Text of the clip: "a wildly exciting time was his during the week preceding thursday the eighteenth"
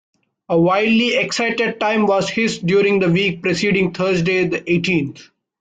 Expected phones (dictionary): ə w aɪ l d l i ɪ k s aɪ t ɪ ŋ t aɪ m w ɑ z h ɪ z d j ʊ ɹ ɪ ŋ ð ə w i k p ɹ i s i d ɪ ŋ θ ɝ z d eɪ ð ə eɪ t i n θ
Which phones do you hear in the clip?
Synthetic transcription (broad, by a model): ə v aɪ d l i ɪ k s aɪ t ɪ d t aɪ m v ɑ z h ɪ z d j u ɹ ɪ ŋ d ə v i k p ɹ i s i d ɪ ŋ t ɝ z d eɪ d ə eɪ t i n t